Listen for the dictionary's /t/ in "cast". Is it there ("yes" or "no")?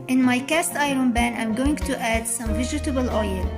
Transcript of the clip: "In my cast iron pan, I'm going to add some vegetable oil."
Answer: yes